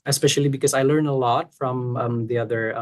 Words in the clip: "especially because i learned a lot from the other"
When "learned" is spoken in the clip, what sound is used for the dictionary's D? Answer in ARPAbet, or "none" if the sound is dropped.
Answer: none